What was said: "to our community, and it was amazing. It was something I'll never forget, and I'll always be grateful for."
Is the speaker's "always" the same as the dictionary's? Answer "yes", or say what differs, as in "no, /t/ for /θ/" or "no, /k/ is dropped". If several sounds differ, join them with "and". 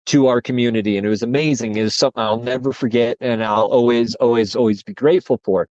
yes